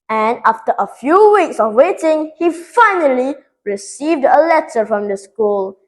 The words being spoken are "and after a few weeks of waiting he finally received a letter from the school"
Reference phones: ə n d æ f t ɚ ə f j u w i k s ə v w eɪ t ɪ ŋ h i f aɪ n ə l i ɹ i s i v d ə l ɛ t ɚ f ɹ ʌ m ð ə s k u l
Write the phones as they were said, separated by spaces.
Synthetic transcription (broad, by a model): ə n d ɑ f t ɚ ə f j u w i k s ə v w eɪ t ɪ ŋ h i f aɪ n ə l i ɹ i s i v d ə l ɛ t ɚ f ɹ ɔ m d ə s k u l